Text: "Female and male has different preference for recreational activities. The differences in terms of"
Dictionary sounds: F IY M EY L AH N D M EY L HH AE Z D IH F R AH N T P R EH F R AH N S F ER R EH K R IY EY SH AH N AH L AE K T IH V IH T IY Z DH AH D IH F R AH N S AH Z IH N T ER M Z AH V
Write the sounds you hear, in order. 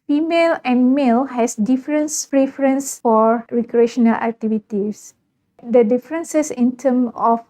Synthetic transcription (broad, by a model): F IY M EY L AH N M EY L HH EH S D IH F R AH N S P R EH F R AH N S F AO R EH K R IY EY SH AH N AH L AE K T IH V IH T IY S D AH D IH F R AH N S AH S IH N T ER M AH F